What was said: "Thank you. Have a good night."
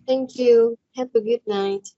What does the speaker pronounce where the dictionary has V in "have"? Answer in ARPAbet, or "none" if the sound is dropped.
P